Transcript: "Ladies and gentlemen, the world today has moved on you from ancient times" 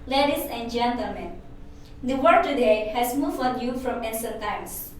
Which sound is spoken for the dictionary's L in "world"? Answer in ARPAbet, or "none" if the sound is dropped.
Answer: none